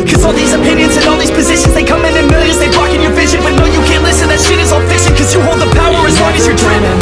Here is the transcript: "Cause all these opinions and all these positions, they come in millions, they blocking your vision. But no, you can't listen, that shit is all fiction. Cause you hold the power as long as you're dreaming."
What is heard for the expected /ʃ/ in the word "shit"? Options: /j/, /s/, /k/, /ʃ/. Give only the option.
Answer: /s/